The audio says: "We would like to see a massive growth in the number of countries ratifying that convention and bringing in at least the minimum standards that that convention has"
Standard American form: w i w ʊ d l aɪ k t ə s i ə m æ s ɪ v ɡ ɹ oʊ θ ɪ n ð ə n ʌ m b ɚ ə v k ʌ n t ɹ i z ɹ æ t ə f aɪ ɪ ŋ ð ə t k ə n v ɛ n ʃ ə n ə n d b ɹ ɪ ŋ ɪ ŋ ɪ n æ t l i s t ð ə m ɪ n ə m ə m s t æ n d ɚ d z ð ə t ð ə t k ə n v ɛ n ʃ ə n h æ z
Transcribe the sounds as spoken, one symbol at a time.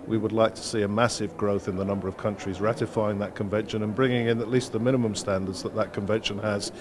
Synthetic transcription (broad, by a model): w i w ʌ d l aɪ k t ə s i ə m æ s ɪ v ɡ ɹ oʊ θ ɪ n ð ə n ʌ m b ɚ ə v k ʌ n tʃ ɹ i z ɹ æ t ə f aɪ ɪ ŋ ð ə t k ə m v ɛ n ʃ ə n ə n b ɹ ɪ ŋ ɪ ŋ ɪ n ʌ t l i s t ð ə m ɪ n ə m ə m s t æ n d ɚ d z ð ə t ð ə t k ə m v ɛ n ʃ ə n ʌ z